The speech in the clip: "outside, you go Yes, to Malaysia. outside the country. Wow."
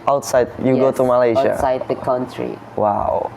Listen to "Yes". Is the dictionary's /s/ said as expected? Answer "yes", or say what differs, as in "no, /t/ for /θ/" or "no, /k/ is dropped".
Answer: no, /s/ is dropped